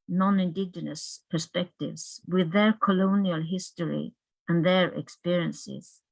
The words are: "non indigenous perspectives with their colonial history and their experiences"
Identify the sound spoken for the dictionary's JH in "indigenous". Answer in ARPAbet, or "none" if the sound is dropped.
JH